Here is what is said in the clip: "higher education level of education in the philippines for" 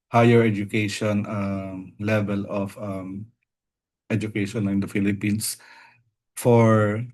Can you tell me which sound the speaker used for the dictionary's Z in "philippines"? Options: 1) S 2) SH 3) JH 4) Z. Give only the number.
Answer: 1